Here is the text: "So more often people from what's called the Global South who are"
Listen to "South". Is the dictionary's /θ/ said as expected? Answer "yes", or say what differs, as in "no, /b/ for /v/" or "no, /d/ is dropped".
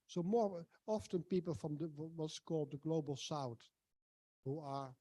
no, /t/ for /θ/